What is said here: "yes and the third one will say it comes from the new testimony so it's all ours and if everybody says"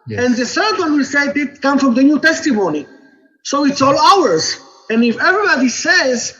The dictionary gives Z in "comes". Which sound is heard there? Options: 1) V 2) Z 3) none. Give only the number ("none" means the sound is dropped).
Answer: 3